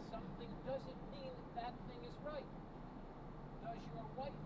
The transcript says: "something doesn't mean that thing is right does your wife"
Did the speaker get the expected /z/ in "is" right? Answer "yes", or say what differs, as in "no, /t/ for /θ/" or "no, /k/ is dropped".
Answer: yes